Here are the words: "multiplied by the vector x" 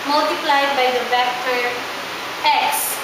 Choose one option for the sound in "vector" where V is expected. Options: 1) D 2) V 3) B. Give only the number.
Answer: 3